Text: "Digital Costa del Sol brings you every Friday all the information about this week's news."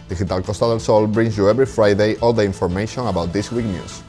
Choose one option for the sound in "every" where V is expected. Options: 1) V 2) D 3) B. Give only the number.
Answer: 3